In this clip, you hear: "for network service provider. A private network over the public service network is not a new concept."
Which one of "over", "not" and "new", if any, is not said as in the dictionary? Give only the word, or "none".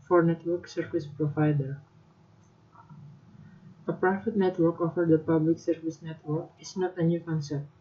over